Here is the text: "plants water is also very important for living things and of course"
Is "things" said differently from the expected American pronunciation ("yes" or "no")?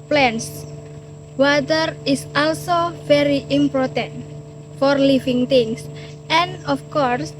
yes